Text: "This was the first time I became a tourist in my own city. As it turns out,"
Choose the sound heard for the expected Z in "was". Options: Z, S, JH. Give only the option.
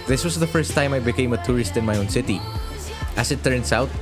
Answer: S